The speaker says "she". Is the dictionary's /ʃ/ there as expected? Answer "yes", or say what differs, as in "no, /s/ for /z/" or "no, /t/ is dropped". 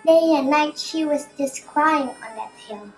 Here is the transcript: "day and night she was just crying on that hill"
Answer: yes